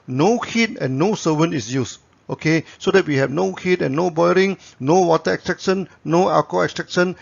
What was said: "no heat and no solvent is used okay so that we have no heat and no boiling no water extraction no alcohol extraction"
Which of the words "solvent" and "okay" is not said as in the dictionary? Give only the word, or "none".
solvent